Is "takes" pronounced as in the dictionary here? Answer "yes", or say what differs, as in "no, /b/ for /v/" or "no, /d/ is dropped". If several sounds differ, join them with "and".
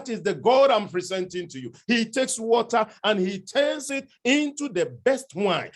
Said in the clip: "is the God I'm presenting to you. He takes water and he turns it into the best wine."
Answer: yes